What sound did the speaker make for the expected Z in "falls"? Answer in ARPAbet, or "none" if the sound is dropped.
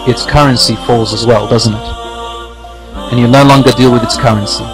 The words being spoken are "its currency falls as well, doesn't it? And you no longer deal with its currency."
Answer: Z